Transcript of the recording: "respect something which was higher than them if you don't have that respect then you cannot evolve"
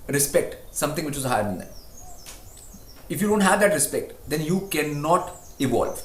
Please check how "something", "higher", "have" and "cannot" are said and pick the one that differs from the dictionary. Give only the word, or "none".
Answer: something